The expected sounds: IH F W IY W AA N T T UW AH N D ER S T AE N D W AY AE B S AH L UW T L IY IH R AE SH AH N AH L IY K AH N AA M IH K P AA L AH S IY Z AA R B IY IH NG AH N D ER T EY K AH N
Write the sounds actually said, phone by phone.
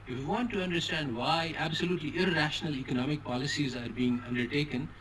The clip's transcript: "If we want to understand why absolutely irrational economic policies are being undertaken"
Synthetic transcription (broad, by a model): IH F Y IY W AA N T T UW AH N D ER S T AE N D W AY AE B S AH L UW T L IY IH R AE SH AH N AH L IY K AH N AA M IH K P AA L AH S IY Z AA R B IY IH NG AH N D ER T EY K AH N